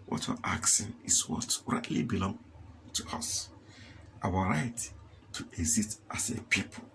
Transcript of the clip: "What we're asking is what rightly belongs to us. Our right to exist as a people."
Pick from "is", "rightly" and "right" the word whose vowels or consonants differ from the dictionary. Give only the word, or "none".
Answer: is